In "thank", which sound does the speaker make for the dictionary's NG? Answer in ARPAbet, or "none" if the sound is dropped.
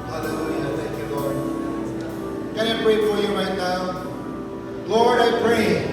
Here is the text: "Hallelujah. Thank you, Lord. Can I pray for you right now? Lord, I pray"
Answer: none